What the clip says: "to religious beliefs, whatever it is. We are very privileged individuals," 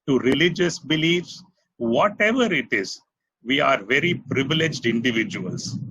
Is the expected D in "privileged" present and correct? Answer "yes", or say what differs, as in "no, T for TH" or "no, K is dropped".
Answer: yes